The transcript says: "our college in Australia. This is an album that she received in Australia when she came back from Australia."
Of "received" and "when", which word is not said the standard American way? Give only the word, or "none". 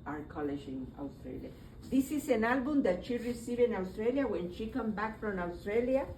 received